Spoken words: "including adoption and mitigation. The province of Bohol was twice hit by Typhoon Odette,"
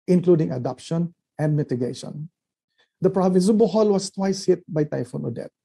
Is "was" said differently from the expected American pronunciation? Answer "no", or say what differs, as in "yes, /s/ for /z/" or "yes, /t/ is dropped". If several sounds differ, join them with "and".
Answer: yes, /s/ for /z/